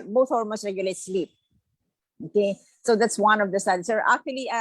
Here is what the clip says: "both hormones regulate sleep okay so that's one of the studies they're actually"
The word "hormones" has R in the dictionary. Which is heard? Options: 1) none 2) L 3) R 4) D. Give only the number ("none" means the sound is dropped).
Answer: 2